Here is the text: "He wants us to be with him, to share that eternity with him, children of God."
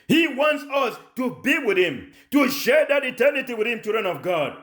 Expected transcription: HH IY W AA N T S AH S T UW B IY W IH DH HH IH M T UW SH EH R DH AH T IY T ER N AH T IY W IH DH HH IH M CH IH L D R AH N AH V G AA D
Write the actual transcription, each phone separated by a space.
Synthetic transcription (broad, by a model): HH IY W AA N T S AH S T UW B IY W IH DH HH IH M T UW SH EH R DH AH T IY T ER N AH T IY W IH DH HH IH M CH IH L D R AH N AH V G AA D